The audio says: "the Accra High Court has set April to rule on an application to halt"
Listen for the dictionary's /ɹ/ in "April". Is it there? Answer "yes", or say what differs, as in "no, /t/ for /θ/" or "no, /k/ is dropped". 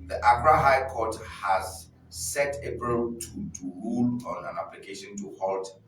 no, /ɹ/ is dropped